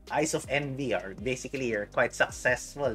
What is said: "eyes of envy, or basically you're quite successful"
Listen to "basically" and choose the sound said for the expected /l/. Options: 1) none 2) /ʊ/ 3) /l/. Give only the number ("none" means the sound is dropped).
1